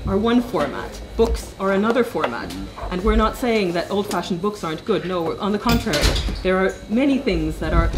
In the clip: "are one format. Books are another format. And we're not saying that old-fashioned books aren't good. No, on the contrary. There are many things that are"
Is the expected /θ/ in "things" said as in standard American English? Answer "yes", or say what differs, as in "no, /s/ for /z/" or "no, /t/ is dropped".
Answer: yes